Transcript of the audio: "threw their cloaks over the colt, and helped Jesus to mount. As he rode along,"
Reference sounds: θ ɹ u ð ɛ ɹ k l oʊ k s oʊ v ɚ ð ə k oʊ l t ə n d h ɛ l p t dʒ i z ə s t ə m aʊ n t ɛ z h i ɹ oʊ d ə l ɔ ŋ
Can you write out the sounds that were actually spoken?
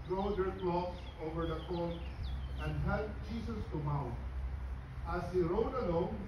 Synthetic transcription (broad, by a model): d ɹ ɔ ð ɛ ɹ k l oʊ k s oʊ v ɚ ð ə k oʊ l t ə n d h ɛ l t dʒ i s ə s t ə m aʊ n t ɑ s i ɹ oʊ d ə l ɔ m